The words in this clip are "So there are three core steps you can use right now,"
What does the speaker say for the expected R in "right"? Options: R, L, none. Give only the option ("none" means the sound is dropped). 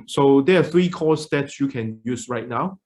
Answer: R